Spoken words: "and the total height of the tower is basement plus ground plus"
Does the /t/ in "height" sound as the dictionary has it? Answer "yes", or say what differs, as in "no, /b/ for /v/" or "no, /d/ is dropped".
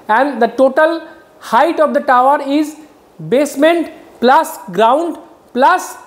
yes